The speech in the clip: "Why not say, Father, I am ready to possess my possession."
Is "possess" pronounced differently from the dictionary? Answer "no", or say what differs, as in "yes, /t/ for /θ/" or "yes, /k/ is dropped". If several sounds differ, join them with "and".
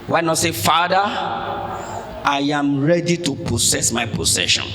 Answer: yes, /s/ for /z/